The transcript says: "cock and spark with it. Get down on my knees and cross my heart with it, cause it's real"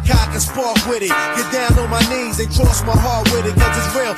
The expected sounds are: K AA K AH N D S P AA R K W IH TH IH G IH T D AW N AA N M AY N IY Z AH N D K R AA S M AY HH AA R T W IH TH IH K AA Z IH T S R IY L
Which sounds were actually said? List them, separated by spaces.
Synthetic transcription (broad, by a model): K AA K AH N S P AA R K W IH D IH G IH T D AW N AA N M AY N IY Z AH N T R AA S M AY HH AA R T W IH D IH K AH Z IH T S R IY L